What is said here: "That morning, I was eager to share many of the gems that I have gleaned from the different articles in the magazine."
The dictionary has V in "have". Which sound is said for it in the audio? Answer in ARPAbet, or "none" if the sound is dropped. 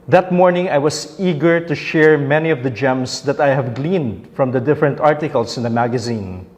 V